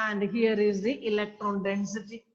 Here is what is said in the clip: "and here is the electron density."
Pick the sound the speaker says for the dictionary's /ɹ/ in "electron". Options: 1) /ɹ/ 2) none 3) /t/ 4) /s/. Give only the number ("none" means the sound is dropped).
1